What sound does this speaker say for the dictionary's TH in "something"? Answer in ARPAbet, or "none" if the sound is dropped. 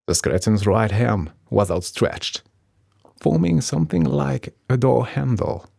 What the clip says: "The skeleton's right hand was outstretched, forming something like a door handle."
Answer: TH